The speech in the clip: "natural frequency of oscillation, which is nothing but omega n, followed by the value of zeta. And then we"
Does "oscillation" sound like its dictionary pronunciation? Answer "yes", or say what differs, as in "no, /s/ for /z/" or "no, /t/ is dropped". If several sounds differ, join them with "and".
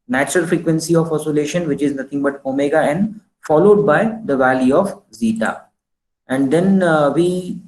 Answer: yes